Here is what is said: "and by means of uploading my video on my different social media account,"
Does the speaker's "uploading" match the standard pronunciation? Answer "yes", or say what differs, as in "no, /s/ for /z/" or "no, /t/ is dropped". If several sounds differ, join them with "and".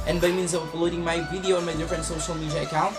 no, /p/ is dropped